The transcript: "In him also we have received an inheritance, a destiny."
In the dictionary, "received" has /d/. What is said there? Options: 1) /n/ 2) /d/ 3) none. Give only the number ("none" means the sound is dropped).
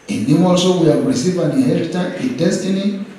3